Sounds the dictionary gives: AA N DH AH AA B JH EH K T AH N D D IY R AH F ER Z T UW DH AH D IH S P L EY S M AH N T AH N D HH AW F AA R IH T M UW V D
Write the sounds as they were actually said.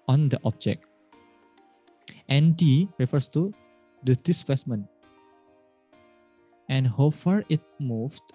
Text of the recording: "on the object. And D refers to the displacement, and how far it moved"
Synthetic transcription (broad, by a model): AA N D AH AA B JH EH K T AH N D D IY R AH F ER S T UW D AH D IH S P EY S M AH N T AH N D HH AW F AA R IH T M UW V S